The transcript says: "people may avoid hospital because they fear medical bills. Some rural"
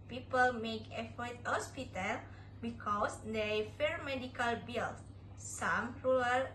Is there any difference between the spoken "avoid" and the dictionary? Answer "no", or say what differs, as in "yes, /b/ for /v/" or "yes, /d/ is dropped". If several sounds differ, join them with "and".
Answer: yes, /f/ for /v/